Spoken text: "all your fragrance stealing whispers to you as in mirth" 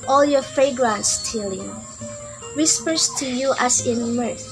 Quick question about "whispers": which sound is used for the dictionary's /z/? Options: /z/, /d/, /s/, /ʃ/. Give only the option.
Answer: /s/